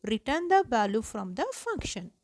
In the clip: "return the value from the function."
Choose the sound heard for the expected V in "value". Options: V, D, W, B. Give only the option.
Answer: B